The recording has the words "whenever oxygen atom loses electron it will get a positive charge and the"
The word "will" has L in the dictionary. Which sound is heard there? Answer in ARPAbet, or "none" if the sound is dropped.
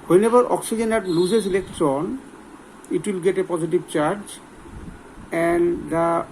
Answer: L